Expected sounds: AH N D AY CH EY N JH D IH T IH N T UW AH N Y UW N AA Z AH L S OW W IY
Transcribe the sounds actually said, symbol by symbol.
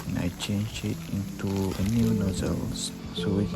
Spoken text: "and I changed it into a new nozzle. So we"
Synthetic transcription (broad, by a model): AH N AY CH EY N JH IH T IH N T UW AH N Y UW N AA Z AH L S OW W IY